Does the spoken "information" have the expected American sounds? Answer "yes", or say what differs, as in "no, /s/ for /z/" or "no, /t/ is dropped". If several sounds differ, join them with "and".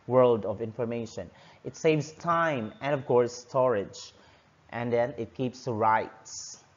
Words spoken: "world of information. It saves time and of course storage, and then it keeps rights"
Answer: yes